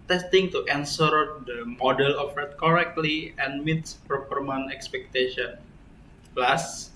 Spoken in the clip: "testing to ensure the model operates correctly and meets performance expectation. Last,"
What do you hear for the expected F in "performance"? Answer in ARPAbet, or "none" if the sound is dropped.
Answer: P